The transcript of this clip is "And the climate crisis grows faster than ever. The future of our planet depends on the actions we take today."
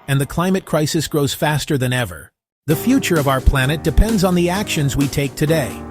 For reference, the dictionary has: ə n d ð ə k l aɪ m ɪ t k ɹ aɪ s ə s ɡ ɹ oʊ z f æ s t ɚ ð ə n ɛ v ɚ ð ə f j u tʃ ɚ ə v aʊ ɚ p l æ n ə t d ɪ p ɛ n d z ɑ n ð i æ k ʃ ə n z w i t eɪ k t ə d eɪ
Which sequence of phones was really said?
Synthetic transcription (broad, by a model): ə n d ð ə k l aɪ m ɪ t k ɹ aɪ s ə s ɡ ɹ oʊ z f æ s t ɚ ð ə n ɛ v ɚ ð ə f j u tʃ ɚ ə v aʊ ɚ p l æ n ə t d ɪ p ɛ n d z n ð i æ k ʃ ə n z w i t eɪ k t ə d eɪ